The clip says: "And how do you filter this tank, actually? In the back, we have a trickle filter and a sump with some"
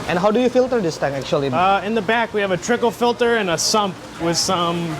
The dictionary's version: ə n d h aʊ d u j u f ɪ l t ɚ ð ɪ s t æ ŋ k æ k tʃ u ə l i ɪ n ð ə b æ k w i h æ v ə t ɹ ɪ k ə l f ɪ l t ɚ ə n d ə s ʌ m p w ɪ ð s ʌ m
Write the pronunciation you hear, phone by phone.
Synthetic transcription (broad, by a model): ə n h aʊ d u j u f ɪ l t ɚ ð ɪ s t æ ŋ æ k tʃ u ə l i ɪ n ð ə b æ k w i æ v ə t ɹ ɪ k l f ɪ l t ɚ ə n ə s ʌ m p w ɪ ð s ʌ m